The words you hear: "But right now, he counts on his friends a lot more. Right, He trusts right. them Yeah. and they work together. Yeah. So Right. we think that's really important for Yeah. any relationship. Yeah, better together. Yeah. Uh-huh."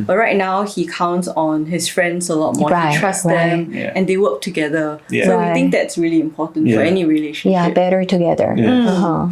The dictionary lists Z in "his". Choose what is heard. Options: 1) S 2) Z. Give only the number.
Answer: 1